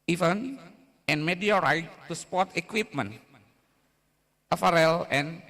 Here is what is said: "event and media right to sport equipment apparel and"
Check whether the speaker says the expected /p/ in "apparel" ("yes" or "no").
no